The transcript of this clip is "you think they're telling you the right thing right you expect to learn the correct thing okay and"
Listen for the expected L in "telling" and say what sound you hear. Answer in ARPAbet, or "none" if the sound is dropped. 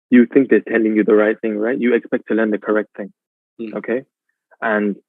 N